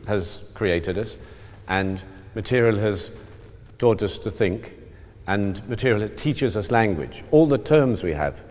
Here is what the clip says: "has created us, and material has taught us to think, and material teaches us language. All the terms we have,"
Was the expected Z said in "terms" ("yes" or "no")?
yes